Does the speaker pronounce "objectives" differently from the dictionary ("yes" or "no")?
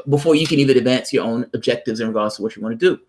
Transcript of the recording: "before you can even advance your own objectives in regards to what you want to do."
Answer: no